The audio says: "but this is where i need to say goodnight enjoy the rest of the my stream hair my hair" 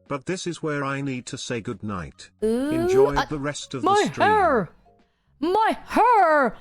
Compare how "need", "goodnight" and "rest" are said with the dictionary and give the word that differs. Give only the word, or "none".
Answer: none